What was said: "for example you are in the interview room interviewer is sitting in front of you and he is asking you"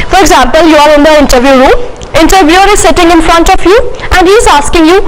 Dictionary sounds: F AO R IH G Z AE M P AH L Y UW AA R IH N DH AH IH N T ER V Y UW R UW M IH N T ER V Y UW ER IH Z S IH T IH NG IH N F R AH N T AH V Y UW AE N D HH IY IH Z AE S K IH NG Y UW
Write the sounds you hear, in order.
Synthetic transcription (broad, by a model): F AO R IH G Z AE M P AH L Y UW AA R IH N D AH IH N T ER V Y UW R UW M IH N T ER V Y UW ER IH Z S IH T IH NG IH N F R AH N T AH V Y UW AE N D HH IY IH Z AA S K IH NG Y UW